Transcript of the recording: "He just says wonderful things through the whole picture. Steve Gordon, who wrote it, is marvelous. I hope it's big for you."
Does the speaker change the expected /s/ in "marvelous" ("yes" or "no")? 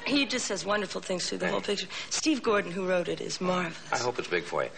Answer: yes